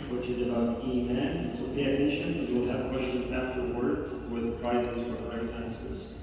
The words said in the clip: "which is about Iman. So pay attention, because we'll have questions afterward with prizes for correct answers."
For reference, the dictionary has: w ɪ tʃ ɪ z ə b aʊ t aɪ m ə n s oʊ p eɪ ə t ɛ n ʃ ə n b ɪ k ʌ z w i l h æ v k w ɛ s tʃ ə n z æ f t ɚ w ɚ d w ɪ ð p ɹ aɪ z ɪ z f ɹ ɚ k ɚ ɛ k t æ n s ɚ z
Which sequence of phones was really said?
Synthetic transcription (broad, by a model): w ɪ tʃ ɪ z ə b aʊ t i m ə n s oʊ p eɪ ə t ɛ n ʃ ə n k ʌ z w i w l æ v k w ɛ s tʃ ə n z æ f t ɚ w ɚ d w ɪ ð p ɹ aɪ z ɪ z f ɹ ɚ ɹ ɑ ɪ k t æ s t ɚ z